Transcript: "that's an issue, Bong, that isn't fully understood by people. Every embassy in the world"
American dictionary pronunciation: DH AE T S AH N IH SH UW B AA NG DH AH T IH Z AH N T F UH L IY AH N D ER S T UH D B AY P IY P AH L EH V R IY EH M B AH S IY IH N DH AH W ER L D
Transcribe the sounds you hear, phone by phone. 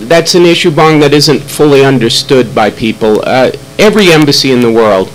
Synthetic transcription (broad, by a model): DH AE T S AH N IH SH UW B AA NG DH AH T IH Z AH N T F UH L IY AH N D ER S T UH D B AY P IY P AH L EH V R IY EH M B AH S IY IH N DH AH W ER L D